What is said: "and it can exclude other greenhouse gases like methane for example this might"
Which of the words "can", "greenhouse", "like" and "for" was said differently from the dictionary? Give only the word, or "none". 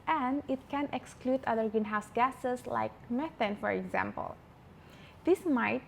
greenhouse